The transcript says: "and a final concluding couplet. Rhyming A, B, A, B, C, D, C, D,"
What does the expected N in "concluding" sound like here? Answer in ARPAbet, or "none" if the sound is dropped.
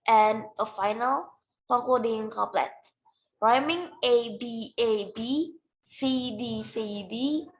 none